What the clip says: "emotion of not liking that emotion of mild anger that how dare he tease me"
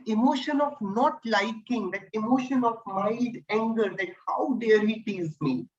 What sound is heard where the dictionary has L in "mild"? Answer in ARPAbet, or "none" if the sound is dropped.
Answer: none